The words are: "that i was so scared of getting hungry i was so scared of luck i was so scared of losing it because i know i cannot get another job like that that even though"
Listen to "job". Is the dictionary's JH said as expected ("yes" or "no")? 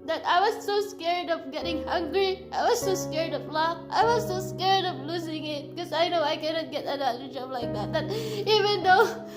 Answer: yes